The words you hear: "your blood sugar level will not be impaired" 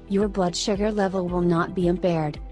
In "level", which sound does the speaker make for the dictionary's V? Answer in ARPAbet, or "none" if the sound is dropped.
V